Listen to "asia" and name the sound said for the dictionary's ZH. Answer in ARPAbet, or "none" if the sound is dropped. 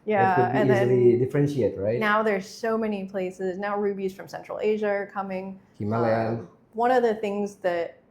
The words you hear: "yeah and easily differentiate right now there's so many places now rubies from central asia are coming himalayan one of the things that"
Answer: ZH